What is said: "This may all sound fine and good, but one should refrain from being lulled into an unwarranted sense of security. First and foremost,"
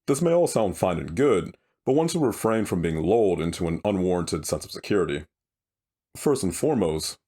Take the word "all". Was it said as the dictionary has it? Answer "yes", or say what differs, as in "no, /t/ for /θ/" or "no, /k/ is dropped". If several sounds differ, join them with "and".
yes